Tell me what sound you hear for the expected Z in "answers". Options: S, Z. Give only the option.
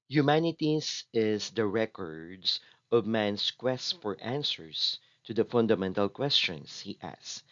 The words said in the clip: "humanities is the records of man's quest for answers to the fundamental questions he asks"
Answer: S